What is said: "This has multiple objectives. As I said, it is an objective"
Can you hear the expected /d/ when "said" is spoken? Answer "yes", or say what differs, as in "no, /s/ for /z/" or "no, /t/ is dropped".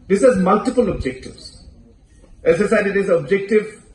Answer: no, /d/ is dropped